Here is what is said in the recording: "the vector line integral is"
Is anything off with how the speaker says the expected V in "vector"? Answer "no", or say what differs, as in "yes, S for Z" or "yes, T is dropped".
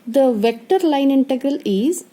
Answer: no